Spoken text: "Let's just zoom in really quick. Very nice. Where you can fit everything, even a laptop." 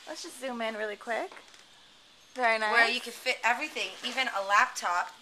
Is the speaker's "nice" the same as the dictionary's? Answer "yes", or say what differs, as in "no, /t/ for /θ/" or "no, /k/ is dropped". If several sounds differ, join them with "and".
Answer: no, /s/ is dropped